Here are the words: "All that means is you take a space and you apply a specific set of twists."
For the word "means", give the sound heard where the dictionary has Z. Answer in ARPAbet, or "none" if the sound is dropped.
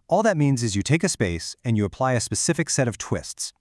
Z